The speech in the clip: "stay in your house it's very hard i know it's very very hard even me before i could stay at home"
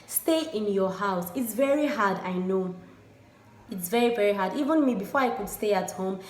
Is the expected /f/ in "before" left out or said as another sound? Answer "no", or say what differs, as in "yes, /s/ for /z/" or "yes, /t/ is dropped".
no